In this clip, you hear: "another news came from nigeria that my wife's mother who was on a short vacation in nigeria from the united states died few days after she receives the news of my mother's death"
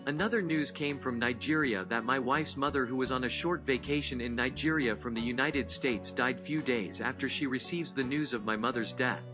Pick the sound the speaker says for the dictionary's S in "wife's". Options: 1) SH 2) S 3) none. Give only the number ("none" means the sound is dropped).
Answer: 2